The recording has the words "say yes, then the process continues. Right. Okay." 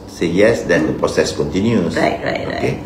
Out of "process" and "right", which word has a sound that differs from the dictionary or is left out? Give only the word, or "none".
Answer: right